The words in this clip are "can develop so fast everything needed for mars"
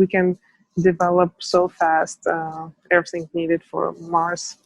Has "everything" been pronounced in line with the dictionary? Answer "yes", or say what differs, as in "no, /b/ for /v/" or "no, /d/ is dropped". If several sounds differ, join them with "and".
yes